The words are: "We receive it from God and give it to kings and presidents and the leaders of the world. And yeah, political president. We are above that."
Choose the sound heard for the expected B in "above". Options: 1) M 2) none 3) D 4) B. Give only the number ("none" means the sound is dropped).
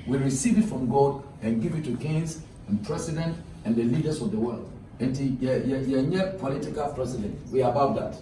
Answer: 2